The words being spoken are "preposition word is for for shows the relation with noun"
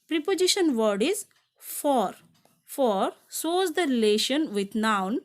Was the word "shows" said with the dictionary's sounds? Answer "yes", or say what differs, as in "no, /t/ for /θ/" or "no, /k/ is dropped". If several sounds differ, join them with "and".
no, /s/ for /ʃ/